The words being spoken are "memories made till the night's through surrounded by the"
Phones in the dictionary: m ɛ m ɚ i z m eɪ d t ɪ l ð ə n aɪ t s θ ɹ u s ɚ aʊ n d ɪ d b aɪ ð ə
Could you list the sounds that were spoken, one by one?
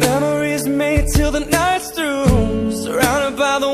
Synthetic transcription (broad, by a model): ɛ m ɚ i z m eɪ d t ɪ l ð ə n aɪ t s t ɹ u s ɚ aʊ n d ɪ d b aɪ ð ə